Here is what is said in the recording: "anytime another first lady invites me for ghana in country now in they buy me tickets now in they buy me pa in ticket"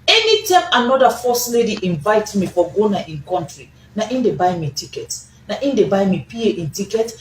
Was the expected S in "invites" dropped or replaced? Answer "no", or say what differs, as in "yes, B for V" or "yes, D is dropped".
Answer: yes, S is dropped